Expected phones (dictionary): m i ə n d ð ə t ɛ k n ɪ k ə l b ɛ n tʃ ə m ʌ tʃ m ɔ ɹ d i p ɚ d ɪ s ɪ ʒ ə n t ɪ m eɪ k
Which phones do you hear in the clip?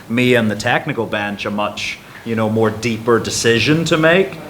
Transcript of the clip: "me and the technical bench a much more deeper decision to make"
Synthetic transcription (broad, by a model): m i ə n ð ə t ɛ k n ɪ k l b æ n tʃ ə m ʌ tʃ m ɔ ɹ d i p ɚ d ɪ s ɪ ʒ ə n t ɪ m eɪ k